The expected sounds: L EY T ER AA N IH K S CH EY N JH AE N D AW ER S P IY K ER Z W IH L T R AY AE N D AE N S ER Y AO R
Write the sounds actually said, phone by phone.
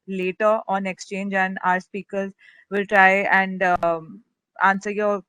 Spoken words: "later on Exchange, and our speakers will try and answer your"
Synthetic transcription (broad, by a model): L EY T ER AA N IH K S CH EY N JH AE N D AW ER S P IY K ER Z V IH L T R AY AE N D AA N S ER Y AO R